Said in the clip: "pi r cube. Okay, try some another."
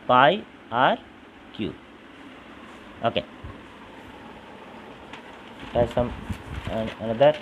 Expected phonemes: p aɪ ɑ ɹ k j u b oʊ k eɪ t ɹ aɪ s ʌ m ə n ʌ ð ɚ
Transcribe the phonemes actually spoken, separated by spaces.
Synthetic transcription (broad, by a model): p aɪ ɑ ɹ k j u oʊ k eɪ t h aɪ s ʌ m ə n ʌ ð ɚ